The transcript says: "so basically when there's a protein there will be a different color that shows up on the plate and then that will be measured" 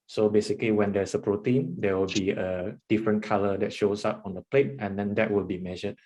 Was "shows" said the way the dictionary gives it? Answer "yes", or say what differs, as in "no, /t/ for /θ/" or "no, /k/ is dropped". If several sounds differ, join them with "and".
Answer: no, /s/ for /z/